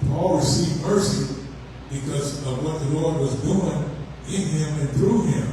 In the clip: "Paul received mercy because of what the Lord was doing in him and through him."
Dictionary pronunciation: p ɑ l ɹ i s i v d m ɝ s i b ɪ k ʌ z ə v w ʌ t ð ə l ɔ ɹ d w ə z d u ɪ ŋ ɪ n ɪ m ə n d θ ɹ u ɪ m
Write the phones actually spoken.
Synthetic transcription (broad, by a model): p ɑ l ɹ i s i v m ɝ s i b ɪ k ʌ z ə v w ʌ t ð ə w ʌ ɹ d w ə z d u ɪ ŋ ɪ n ɪ m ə n θ ɹ u ɪ m